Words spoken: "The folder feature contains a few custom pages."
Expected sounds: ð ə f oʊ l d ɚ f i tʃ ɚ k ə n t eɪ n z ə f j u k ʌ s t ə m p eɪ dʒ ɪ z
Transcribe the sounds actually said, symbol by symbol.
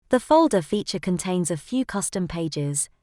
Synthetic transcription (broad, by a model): ð ə f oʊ l d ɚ f i tʃ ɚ k ə n t eɪ n z ə f j u k ʌ s t ə m p eɪ dʒ ɪ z